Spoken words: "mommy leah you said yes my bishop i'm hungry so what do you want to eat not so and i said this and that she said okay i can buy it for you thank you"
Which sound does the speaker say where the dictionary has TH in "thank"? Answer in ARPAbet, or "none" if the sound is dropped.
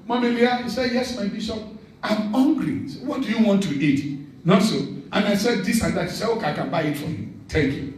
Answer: T